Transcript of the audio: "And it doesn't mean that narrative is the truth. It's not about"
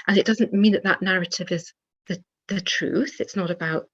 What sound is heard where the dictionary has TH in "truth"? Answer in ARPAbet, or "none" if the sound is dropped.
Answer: TH